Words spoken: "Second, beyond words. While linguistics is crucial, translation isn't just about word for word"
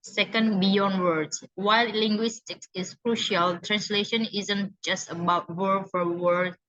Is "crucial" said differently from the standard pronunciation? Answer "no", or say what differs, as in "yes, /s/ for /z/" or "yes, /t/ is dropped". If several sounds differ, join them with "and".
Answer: no